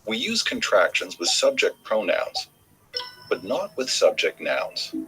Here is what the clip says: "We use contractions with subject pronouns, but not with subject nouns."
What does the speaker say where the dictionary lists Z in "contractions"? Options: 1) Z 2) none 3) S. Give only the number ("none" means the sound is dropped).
1